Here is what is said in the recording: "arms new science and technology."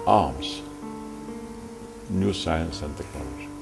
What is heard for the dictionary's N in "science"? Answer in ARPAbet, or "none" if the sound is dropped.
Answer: N